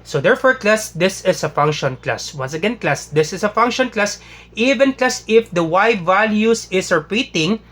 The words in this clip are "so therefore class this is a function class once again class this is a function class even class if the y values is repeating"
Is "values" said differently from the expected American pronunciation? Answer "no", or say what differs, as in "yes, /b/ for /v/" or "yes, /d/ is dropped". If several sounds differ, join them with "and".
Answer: yes, /s/ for /z/